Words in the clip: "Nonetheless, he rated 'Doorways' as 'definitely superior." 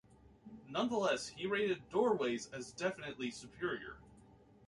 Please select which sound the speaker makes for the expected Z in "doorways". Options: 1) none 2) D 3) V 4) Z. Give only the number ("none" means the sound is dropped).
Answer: 4